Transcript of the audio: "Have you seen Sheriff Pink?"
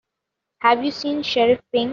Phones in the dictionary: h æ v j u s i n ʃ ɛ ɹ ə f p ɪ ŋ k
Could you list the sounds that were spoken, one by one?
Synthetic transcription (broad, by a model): h æ v j u s i n ʃ ɛ ɹ ə f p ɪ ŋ